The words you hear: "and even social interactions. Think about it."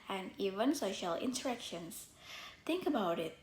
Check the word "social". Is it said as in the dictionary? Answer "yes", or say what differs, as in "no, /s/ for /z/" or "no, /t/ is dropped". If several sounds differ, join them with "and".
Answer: yes